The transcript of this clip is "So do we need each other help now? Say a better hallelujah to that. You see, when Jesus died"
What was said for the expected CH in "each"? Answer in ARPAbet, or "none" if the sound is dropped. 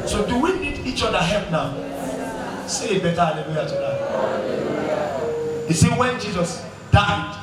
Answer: CH